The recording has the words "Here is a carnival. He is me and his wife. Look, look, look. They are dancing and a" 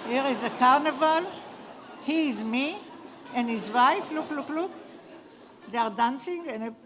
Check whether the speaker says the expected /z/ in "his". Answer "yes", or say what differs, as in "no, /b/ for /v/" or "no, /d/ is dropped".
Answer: yes